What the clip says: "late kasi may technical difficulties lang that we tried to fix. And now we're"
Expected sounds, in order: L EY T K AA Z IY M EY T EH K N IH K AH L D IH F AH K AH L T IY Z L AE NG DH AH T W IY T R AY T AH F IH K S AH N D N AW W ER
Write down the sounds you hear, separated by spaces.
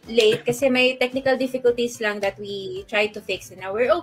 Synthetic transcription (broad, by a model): L EY T K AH S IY M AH T EH K N IH K AH L D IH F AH K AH L T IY S L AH NG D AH T W IY T R AY T AH F IH K S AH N N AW W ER